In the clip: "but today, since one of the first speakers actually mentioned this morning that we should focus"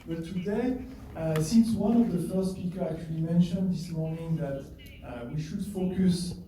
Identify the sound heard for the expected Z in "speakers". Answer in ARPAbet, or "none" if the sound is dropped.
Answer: none